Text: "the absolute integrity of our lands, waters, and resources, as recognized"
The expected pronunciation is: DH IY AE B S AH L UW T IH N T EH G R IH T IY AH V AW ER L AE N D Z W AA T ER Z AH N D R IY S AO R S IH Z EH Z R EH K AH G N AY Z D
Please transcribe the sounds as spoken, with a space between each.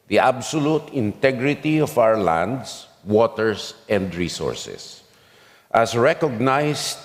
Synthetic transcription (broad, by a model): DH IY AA B S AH L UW T IH N T EH G R IH T IY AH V AW ER L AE N D S W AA T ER S AH N D R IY S AO R S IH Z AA S R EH K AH G N AY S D